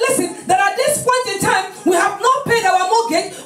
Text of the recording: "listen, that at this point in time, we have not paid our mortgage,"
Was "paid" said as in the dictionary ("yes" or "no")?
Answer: yes